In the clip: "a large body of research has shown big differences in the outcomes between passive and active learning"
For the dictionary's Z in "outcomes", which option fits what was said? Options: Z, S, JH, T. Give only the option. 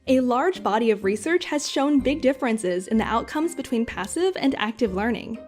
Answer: Z